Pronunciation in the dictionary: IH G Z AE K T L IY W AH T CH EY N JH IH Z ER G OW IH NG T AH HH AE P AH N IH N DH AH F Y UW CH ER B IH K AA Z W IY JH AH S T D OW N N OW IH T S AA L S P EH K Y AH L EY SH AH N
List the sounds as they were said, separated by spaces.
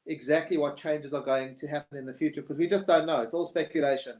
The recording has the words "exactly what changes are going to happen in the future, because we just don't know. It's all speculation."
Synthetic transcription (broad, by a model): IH G Z AE K T L IY W AH T CH EY N JH IH Z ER G OW IH NG T AH HH AE P AH N IH N DH AH F Y UW CH ER K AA Z W IY JH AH S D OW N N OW IH T S AA L S P EH K Y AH L EY SH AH N